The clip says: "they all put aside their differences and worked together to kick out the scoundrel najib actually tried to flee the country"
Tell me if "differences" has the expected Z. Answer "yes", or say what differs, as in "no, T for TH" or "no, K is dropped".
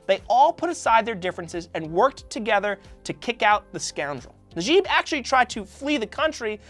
yes